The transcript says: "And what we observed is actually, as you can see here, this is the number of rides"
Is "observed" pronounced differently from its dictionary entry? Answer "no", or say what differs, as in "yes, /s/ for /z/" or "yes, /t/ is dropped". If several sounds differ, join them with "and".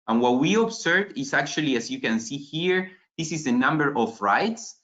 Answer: yes, /s/ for /z/ and /d/ is dropped